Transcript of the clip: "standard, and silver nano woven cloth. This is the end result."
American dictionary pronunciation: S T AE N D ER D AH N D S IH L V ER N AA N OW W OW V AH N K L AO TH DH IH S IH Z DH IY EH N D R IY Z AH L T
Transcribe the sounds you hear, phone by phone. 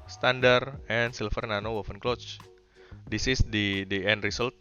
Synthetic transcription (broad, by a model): S T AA N D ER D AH N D S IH L F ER N AA N OW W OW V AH N K L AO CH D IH S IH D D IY EH N D R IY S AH L T